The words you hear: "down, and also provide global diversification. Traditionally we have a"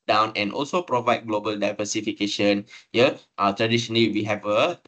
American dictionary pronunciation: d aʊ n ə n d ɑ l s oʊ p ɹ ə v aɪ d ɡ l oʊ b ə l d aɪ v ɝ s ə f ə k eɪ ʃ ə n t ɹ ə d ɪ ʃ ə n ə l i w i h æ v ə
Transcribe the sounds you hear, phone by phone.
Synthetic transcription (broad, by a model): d aʊ n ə n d ɑ l s oʊ p ɹ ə v aɪ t ɡ l oʊ b ə l d aɪ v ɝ s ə f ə k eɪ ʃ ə n t ɹ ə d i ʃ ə n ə l i w i h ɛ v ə